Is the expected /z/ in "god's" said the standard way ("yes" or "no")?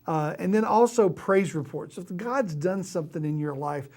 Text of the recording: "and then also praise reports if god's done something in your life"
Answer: yes